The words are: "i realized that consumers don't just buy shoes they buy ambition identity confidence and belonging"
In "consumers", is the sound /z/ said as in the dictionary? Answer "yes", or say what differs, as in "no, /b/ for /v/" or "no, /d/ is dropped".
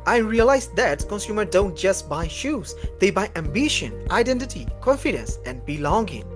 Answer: no, /z/ is dropped